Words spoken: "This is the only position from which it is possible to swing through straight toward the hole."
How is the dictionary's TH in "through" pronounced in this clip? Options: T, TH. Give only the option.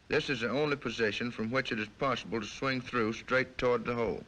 TH